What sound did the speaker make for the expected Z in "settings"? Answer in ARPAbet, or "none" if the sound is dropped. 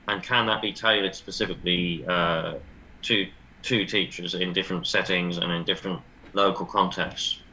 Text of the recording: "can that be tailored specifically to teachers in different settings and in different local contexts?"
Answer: Z